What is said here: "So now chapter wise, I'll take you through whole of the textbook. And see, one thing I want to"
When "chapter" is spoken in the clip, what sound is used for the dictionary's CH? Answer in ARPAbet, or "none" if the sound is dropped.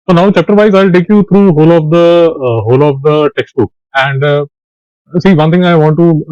CH